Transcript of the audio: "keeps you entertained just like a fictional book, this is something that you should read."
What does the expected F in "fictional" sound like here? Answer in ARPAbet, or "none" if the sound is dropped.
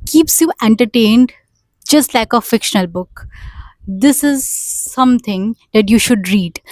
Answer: F